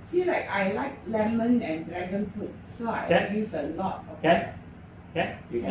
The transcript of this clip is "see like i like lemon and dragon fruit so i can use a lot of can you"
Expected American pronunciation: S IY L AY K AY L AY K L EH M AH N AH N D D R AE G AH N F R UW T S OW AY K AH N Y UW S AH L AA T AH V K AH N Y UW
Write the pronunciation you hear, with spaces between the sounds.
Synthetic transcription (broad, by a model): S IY L AY K AY L AY K L EH M AH N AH N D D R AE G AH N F UW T S OW AY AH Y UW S AH L AA T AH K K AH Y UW